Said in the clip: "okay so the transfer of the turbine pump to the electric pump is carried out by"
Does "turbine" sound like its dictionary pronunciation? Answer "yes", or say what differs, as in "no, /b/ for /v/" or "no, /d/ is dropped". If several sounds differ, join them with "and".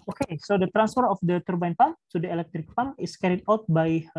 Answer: yes